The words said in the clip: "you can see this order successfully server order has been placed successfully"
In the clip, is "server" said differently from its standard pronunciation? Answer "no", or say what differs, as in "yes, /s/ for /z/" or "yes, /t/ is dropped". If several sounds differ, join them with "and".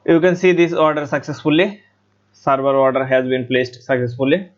yes, /b/ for /v/